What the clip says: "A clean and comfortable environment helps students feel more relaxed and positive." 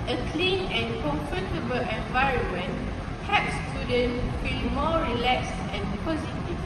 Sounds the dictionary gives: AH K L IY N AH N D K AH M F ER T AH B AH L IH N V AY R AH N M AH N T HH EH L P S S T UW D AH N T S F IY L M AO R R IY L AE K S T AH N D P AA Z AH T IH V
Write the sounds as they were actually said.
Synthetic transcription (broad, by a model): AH K L IY N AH N K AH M F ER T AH B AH L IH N V AY R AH N M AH N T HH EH P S S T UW D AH N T F IY L M AO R R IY L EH K S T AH N P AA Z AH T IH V